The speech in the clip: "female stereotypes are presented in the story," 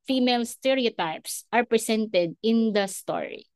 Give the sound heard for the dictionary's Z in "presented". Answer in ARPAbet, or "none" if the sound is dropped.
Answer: S